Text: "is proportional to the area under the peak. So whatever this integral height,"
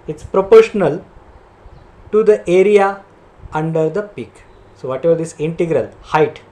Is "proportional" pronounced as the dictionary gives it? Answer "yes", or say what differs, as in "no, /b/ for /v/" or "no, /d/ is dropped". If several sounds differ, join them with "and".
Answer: yes